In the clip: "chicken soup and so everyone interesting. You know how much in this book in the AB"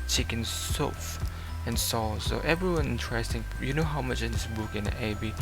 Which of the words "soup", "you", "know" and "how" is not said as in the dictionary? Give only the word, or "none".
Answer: soup